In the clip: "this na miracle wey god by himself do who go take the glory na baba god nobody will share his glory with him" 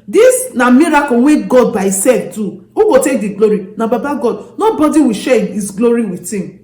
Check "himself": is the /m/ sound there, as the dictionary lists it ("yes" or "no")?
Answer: no